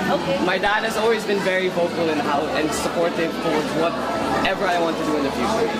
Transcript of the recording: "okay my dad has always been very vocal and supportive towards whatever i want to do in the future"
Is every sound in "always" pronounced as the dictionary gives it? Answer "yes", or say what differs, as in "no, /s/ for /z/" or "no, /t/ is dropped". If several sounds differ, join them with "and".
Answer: yes